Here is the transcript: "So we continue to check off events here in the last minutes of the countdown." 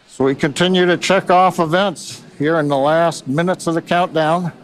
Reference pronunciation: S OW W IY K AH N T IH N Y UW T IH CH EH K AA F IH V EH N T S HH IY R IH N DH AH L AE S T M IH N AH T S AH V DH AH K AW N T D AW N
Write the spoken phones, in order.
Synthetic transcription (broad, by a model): S OW W IY K AH N T IH N Y UW T IH CH EH K AA F IH V EH N T S HH IY R IH N DH AH L AE S T M IH N AH T S AH V DH AH K AW N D AW N